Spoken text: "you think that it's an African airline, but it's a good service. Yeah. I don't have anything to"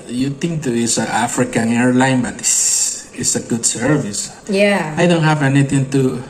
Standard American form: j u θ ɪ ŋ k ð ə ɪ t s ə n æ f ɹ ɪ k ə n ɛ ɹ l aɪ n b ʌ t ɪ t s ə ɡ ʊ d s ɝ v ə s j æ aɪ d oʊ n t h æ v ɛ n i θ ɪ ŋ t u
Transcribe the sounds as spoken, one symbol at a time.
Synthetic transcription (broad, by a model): j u t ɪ ŋ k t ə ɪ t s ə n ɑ f ɹ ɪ k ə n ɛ ɹ l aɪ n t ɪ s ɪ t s ə ɡ ʊ d s ɝ v ə s j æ aɪ d oʊ n t h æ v ɛ n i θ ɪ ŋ t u